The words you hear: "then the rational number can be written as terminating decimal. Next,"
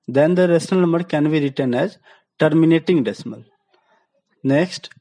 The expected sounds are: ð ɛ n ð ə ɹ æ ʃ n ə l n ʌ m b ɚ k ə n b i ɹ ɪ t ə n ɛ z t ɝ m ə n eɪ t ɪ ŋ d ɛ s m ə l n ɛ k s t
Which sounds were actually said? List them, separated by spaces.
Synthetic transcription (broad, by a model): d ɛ n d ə ɹ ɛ s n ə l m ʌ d k ə n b i ɹ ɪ t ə n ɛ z t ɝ m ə n eɪ t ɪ ŋ d ɛ s m ə l n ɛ k s t